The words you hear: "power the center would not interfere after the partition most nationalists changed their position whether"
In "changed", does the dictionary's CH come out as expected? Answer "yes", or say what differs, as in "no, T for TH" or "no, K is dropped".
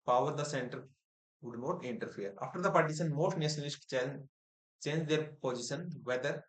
yes